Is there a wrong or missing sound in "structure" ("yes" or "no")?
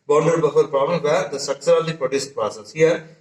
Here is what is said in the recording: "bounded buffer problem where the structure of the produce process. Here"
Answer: yes